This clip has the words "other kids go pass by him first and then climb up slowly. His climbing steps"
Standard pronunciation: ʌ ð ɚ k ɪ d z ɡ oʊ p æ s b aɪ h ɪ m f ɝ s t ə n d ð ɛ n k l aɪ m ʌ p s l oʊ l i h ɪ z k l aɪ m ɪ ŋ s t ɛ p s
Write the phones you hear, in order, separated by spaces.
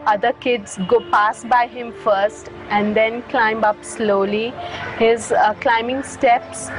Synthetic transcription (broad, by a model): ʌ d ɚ k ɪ d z ɡ oʊ p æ s b aɪ h ɪ m f ɝ s t ə n d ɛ n k l aɪ m ʌ p s l oʊ l i h ɪ z k l aɪ m ɪ ŋ s t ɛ p s